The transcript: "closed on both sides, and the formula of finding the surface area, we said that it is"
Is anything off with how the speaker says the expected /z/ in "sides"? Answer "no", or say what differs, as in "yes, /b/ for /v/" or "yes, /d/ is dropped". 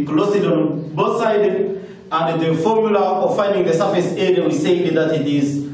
yes, /z/ is dropped